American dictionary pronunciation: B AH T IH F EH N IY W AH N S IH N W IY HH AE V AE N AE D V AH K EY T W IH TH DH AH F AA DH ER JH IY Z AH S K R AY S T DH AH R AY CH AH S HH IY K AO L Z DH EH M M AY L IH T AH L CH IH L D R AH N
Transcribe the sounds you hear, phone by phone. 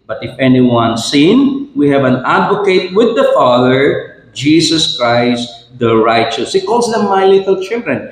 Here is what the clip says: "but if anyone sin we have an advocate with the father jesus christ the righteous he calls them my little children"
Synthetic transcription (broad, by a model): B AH T IH F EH N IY W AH N S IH N W IY HH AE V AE N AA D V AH K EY T W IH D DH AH F AA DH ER JH IY S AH S K R AY S T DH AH R AY CH AH S HH IY K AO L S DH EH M M AY L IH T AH L CH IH L D R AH N